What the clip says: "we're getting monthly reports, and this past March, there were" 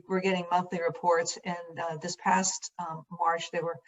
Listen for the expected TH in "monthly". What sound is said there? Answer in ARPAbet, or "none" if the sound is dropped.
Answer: TH